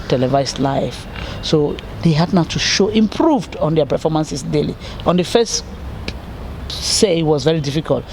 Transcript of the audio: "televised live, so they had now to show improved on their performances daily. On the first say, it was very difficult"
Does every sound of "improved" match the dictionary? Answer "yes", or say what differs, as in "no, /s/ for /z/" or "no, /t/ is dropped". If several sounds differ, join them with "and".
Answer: yes